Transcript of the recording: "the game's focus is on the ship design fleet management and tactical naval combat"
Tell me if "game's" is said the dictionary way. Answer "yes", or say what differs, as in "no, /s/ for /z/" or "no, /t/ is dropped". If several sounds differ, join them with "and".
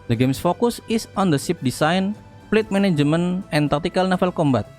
no, /s/ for /z/